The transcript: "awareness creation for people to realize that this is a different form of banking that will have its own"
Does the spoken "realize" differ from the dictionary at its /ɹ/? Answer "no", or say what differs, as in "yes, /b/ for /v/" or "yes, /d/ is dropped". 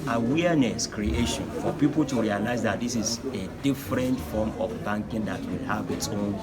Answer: no